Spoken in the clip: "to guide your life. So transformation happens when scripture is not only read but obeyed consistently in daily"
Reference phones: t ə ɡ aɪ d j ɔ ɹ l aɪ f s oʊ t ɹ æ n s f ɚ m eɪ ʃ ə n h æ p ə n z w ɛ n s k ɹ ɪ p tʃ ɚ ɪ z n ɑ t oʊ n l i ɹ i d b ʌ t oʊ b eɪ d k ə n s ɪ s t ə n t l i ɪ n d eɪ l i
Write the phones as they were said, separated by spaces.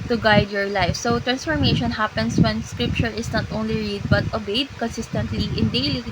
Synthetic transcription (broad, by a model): t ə ɡ aɪ d j ɔ ɹ l aɪ f s oʊ t ɹ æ n s f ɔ m eɪ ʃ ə n h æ p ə n s w ɛ n s k ɹ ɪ p tʃ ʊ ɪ s n ɑ t oʊ n l i ɹ i d b ʌ t oʊ b eɪ d k ə n s ɪ s t ə n t l i ɪ n d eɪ l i